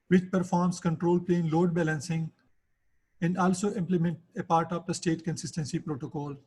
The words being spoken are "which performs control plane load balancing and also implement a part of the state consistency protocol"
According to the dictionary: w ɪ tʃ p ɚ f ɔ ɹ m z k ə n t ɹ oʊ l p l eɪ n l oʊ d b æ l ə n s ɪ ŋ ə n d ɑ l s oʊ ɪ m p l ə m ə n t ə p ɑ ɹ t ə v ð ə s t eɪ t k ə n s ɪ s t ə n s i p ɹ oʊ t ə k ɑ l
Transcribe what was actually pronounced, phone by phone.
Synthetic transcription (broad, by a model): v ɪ tʃ p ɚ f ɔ ɹ m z k ə n t ɹ oʊ l p l eɪ n l oʊ d b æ l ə n s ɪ ŋ ə n d ɑ l s oʊ ɪ m p l ə m ə n t ə p ɑ ɹ t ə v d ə s t eɪ t k ə n s ɪ s t ə n s i p ɹ oʊ t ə k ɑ l